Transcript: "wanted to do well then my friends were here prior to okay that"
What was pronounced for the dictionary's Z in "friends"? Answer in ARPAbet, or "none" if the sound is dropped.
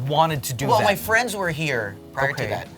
Z